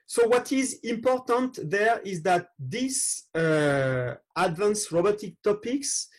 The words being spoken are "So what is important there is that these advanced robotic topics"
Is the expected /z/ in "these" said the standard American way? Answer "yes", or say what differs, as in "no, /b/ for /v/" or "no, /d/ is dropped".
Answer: no, /s/ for /z/